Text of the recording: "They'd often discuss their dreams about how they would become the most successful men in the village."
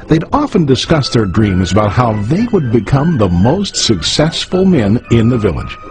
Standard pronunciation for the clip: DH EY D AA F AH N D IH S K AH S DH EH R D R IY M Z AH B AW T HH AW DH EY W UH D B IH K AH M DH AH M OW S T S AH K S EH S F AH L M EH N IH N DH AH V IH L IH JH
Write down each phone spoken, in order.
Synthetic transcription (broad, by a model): DH EY D AA F AH N D IH S K AH S DH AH R D R IY M Z AH B AW T HH AW DH EY W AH D B IH K AH M DH AH M OW S T S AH K S EH S F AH L M EH N IH N DH AH V IH L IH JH